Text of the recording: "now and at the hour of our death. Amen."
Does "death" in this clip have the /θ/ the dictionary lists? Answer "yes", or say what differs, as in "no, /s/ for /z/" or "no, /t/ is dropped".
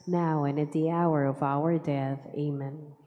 yes